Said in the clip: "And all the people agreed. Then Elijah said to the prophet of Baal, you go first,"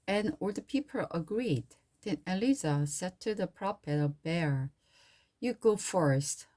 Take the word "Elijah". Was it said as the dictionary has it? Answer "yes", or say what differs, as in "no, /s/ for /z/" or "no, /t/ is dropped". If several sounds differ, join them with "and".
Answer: no, /z/ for /dʒ/